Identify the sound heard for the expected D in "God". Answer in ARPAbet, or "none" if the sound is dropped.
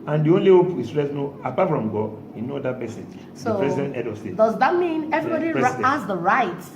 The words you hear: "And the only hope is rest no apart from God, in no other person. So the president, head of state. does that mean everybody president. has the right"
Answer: none